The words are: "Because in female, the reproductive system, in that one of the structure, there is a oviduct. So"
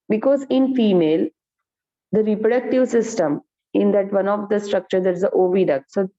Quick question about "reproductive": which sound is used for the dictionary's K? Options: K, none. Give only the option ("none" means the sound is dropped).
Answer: K